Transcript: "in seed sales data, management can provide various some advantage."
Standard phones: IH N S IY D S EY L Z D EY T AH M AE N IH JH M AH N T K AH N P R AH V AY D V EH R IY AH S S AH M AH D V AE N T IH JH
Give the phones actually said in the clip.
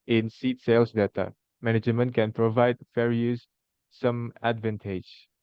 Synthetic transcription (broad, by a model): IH N S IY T S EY L S D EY T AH M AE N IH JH M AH N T K AH N P R AH V AY D F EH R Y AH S S AH M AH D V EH N T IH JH